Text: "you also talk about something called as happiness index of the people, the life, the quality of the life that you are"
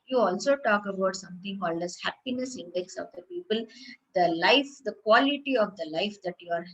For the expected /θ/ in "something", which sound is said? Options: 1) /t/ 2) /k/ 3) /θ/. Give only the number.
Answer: 1